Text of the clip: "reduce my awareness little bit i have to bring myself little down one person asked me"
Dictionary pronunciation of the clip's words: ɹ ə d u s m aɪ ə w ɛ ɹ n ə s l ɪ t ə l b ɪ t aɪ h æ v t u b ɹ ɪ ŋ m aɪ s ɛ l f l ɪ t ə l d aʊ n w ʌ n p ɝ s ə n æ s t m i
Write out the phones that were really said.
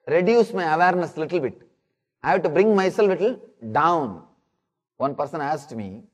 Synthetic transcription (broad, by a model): ɹ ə d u s m aɪ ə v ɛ ɹ n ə s l ɪ t ə l b ɪ t aɪ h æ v t u b ɹ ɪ ŋ m aɪ s ɛ l f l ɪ t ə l d aʊ n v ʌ n p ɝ s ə n æ s t m i